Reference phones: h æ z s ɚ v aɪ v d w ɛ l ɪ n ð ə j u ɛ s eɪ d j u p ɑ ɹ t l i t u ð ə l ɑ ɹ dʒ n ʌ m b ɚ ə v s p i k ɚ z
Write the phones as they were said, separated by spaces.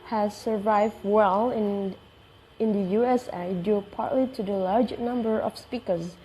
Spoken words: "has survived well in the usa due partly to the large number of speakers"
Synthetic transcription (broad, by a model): h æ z s ɚ v aɪ v d w ɛ l ɪ n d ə j u ɛ s eɪ d j u p ɑ ɹ t l i t u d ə l ɑ ɹ dʒ n ʌ m b ɚ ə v s p i k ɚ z